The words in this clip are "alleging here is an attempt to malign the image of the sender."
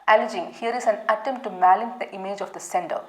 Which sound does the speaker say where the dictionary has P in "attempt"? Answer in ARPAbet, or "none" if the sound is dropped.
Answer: none